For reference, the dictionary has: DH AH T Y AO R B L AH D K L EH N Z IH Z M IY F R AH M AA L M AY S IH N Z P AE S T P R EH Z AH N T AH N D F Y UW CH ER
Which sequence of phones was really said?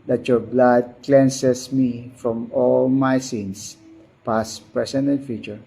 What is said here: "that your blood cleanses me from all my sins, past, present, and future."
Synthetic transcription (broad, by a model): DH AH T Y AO R B L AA D K L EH N S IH S M IY F R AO M AA L M AY S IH N S P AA S P R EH S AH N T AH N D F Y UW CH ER